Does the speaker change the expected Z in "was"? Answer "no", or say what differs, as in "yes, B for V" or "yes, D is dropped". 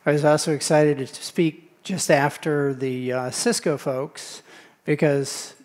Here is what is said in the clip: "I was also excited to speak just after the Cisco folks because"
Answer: no